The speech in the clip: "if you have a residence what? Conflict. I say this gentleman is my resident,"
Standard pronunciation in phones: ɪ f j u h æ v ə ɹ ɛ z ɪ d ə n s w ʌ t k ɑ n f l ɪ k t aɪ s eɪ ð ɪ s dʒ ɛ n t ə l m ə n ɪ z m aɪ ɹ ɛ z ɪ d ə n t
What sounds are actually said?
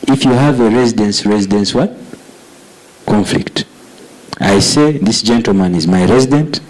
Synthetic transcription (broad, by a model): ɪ f j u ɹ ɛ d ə ɹ ɛ z ɪ d ə n s w ʌ t k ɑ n f l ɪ k t aɪ s eɪ ð ɪ s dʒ ɛ n t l m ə n ɪ z m aɪ ɹ ɛ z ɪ d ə n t